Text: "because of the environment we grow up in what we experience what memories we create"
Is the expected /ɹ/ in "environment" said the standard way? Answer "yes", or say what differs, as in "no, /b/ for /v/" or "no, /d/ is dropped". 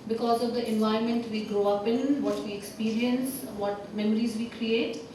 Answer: no, /ɹ/ is dropped